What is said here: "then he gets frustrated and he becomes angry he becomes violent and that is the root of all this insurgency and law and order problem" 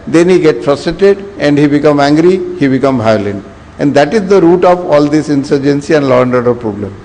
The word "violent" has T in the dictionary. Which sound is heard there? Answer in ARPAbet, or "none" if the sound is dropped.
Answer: none